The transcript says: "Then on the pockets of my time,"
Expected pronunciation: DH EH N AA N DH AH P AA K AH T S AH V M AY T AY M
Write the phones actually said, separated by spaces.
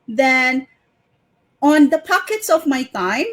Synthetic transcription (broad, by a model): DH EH N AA N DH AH P AA K AH T S AH V M AY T AY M